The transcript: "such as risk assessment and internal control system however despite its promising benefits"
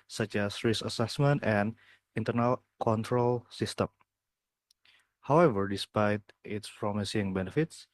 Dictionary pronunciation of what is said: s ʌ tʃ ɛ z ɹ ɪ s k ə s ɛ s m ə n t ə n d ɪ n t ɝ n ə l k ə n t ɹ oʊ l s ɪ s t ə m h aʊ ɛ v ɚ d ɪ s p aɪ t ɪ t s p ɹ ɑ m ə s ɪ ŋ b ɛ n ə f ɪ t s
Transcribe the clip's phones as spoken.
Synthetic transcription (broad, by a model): s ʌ tʃ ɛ s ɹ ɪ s ə s ɛ s m ə n t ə n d ɪ n t ɝ n ə l k ə n t ɹ oʊ l s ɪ s t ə m h aʊ ɛ v ɚ d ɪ s p aɪ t ɪ t s p ɹ ɑ m ə s ɪ ŋ b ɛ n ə f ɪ t s